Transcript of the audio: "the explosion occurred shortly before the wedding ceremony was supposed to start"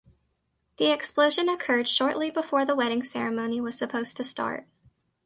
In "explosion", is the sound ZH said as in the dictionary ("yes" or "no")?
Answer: yes